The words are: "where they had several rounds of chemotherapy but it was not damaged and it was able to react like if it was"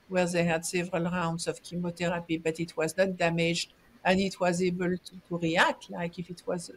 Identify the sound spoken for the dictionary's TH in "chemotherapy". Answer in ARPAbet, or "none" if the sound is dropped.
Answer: T